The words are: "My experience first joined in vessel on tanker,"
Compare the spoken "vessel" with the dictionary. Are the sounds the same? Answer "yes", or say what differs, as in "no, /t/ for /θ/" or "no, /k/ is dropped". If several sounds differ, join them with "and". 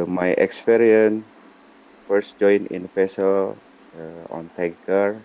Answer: no, /p/ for /v/